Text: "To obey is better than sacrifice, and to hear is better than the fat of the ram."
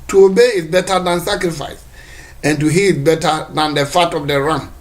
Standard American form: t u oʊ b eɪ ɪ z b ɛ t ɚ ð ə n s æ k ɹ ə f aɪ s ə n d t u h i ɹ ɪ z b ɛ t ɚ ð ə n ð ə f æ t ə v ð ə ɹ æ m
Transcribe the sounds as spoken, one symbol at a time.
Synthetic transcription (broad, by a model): t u oʊ b eɪ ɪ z b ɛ t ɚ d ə n s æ k ɹ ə f aɪ s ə n t u h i l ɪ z b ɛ t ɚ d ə n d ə f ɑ t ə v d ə ɹ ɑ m